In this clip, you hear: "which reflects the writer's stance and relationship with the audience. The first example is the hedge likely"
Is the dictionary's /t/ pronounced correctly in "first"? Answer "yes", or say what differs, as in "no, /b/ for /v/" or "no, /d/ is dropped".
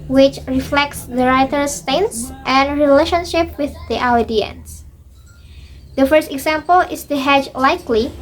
yes